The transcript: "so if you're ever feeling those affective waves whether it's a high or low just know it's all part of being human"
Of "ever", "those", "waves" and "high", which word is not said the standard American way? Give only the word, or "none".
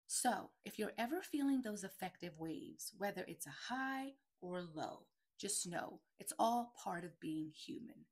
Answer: none